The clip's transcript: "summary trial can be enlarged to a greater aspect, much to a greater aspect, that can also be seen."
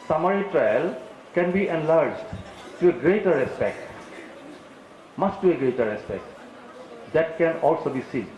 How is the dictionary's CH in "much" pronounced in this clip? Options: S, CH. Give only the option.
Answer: S